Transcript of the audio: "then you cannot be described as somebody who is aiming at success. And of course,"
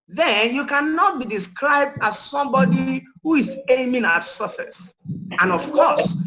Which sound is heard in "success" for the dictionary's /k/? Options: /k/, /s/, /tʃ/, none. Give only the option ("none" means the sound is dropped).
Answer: none